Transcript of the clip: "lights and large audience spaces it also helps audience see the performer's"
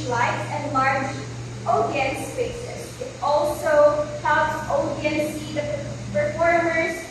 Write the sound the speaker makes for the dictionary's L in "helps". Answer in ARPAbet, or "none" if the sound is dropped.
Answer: none